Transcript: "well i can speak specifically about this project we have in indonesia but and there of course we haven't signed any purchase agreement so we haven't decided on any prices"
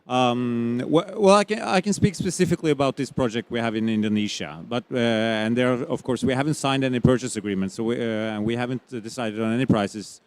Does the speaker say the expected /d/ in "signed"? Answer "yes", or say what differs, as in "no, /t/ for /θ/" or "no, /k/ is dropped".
yes